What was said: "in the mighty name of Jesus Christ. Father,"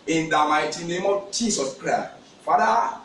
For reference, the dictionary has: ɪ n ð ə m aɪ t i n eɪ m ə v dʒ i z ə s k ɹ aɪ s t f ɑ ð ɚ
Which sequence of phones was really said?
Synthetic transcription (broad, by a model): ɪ n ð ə m aɪ t i n eɪ m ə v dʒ i s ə s k ɹ aɪ s t f ɑ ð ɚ